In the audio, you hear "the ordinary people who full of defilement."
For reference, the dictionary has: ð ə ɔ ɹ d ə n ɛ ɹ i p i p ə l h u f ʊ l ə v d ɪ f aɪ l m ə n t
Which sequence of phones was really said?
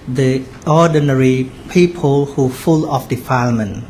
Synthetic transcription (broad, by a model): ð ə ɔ d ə n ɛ ɹ i p i p ə l h u f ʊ l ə f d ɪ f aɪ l m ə n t